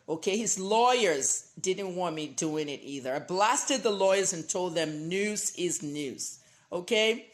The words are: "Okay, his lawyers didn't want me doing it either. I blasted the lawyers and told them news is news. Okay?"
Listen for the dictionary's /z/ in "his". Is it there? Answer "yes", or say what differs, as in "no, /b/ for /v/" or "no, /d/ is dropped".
yes